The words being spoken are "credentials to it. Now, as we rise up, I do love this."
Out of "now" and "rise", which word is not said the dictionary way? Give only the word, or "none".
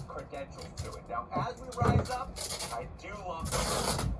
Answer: none